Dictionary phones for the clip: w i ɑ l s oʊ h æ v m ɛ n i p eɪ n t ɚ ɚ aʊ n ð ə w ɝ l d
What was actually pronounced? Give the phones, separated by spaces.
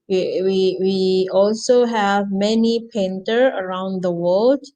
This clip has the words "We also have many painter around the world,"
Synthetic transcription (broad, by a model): w i ɑ l s oʊ h æ v m ɛ n i p eɪ n t ɚ ɚ aʊ n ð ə w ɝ l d